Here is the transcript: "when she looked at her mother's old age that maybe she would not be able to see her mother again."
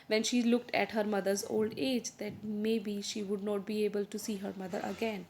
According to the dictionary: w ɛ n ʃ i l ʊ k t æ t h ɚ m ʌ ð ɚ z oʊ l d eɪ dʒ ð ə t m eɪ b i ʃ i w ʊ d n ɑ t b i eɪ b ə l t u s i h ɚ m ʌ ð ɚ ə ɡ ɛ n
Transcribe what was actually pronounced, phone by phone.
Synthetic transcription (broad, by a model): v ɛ n ʃ i l ʊ k t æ t h ɚ m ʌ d ɚ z oʊ l d eɪ dʒ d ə t m eɪ b i ʃ i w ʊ d n ɑ t b i eɪ b ə l t u s i h ɚ m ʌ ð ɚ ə ɡ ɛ n